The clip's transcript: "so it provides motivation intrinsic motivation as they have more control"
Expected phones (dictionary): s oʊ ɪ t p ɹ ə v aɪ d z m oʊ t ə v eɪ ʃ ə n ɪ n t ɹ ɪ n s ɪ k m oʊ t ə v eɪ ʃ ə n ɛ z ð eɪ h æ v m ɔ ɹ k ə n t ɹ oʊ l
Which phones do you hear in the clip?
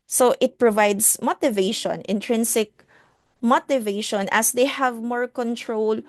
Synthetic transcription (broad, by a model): s oʊ ɪ t p ɹ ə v aɪ d s m oʊ t ə v eɪ ʃ ə n ɪ n t ɹ ɪ n s ɪ k m oʊ t ə v eɪ ʃ ə n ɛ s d eɪ h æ v m ɔ ɹ k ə n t ɹ oʊ l